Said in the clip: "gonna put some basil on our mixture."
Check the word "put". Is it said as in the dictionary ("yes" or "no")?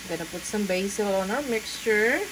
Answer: yes